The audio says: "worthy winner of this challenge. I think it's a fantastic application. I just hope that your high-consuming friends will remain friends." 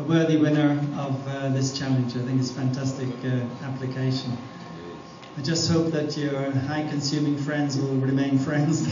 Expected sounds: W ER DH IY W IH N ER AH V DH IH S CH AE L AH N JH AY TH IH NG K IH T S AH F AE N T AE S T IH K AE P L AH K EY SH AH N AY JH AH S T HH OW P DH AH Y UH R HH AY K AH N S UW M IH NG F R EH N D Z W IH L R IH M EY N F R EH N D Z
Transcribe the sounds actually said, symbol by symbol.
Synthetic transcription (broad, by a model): W ER DH IY W IH N ER AH V DH IH S CH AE L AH N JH AY TH IH NG K IH T S F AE N T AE S T IH K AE P L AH K EY SH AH N AY JH AH S T HH OW P DH AH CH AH R HH AY K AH N S UW M IH NG F R EH N D Z W IH L R IH M EY N F R EH N D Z